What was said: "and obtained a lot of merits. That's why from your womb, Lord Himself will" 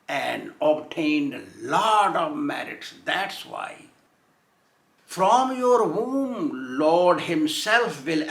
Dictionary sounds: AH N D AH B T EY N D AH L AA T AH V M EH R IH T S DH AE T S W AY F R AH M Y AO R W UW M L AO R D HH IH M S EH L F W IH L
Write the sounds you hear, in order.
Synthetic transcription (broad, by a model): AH N D AH B T EY N D L AA T AH V M EH R IH T S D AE T S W AY F R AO M Y AO R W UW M L AO R D HH IH M S EH L F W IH L